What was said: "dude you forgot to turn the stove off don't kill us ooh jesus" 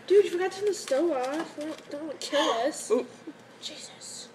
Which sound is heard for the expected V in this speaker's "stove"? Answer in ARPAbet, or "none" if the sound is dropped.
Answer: none